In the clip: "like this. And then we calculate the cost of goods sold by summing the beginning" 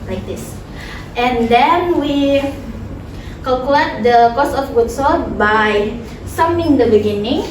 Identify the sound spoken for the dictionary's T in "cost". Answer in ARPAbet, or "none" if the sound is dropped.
none